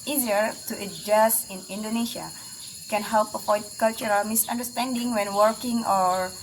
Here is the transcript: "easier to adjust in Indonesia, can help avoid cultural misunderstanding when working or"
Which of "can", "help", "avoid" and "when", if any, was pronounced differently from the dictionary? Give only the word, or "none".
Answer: avoid